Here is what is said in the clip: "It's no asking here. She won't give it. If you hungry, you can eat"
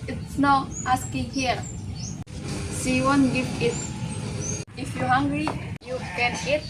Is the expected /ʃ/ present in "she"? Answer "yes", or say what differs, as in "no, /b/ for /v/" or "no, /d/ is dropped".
no, /s/ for /ʃ/